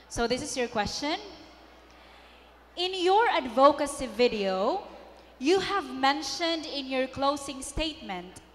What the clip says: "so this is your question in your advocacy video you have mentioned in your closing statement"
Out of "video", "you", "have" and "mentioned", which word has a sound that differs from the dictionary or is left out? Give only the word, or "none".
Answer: none